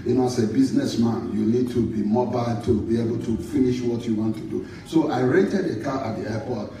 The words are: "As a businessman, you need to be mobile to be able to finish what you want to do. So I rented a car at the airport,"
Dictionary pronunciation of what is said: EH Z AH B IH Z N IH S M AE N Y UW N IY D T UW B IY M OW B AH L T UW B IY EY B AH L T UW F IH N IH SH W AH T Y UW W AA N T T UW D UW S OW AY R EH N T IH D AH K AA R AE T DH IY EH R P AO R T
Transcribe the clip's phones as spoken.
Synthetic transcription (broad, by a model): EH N AH B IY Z N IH S M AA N Y UW N IY D T UW B IY M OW B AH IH T UW B IY EY B AH L T UW F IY N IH SH W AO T Y UW W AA N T T UW D UW S OW AY R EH T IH D AH K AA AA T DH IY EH P AO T